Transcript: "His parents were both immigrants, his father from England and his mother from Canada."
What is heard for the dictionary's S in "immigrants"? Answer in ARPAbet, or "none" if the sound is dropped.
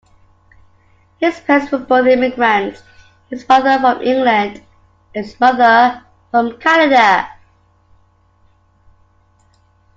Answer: none